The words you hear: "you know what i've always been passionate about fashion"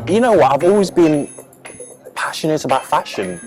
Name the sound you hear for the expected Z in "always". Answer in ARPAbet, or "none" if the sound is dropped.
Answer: Z